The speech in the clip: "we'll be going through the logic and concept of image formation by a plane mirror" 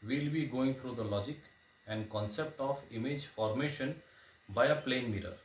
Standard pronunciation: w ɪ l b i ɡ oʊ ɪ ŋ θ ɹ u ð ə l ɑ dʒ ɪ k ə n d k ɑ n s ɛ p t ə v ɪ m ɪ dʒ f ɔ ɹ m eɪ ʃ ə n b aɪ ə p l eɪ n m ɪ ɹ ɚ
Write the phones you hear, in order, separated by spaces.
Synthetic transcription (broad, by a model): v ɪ l b i ɡ oʊ ɪ ŋ t ɹ u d ə l ɑ dʒ ɪ k ə n d k ɑ n s ɛ p t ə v ɪ m ɪ dʒ f ɔ ɹ m eɪ ʃ ə n b aɪ ə p l eɪ n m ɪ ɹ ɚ